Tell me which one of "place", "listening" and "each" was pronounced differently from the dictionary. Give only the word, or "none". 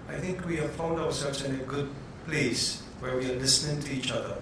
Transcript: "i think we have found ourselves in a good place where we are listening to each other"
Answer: none